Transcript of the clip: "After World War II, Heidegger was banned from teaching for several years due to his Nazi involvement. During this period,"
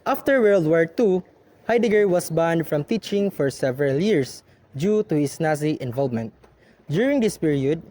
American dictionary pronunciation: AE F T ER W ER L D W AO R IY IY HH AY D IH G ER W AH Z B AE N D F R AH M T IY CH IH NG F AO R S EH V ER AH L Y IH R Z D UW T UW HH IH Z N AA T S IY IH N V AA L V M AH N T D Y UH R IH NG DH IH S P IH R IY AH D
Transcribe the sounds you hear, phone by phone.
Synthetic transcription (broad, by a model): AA F T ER W ER L D W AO R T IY HH AY D IH G ER W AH S B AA N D F R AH M T IY CH IH NG F AO R S EH V ER AH L Y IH R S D UW T UW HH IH S N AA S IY IH N V AA L V M AH N T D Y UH R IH NG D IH S P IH R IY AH D